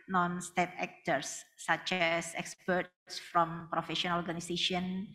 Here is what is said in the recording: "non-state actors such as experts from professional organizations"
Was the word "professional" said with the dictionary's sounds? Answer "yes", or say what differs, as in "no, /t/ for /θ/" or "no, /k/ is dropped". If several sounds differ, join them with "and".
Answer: no, /n/ is dropped and /n/ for /l/